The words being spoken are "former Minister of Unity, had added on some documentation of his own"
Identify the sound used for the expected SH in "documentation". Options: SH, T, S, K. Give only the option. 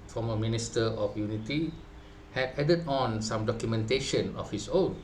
SH